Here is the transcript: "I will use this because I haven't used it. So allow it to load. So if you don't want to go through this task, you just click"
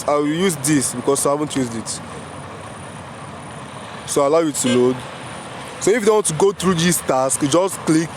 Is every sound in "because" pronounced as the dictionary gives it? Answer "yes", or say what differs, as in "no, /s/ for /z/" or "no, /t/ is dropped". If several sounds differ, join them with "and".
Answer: no, /s/ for /z/